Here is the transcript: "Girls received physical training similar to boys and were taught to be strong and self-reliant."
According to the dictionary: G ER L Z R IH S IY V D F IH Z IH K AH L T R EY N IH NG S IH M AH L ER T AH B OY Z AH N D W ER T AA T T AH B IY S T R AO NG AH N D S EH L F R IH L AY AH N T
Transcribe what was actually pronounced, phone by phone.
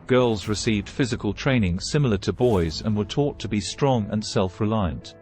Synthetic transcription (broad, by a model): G ER L Z R IH S IY V D F IH Z IH K AH L T R EY N IH NG S IH M L ER T AH B OY Z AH N W ER T AA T T AH B IY S T R AO NG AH N S EH L F R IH L AY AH N T